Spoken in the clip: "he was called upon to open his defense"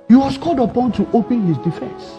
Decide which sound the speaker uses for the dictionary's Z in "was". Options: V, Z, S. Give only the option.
S